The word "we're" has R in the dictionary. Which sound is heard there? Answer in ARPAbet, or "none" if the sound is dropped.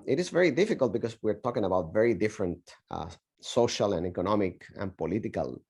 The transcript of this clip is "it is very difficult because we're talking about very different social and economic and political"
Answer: R